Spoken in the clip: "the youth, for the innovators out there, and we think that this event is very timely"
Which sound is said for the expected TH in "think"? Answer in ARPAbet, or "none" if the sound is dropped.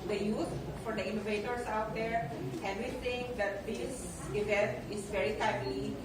T